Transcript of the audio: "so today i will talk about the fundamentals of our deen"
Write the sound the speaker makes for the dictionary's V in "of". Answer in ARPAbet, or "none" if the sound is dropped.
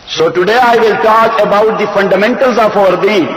F